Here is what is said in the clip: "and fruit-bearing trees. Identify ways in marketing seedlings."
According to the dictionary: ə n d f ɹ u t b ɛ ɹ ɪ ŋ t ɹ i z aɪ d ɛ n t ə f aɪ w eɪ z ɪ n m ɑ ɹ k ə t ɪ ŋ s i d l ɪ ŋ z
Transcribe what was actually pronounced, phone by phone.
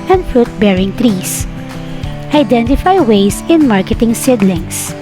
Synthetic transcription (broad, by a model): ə n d f ɹ u t b ɛ ɹ ɪ ŋ t ɹ i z aɪ d ɛ n t ə f aɪ w eɪ s ɪ n m ɑ ɹ k ə t ɪ ŋ s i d l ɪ ŋ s